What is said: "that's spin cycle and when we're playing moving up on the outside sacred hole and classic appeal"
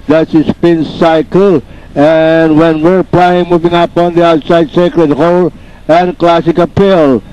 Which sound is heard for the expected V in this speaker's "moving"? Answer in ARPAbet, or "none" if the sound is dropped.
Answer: V